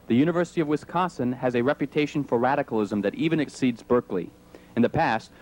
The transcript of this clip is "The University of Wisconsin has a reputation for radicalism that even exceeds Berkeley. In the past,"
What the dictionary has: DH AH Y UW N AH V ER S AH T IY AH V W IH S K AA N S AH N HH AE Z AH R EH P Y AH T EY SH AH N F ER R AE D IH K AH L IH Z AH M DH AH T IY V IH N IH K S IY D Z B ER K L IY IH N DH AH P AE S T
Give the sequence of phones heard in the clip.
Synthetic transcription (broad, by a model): DH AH Y UW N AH V ER S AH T IY AH V W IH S K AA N S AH N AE Z AH R EH P Y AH T EY SH N F ER R AE D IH K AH L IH Z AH M DH AH T IY V IH N IH K S IY D Z B ER K L IY IH N DH AH P AE S T